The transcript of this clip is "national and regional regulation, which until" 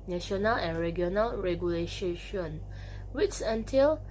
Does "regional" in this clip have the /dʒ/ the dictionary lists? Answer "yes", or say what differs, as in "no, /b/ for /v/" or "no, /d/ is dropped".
no, /dʒ/ is dropped